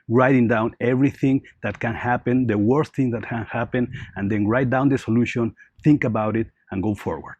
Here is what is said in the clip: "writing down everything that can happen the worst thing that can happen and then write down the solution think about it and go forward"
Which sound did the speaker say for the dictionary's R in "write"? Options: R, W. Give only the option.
R